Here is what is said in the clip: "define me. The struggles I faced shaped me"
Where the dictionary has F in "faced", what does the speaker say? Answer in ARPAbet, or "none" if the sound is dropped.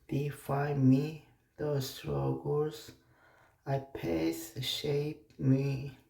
P